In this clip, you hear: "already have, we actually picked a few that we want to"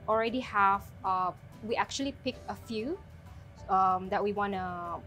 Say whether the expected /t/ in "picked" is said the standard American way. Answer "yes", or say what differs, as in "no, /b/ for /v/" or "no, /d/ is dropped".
no, /t/ is dropped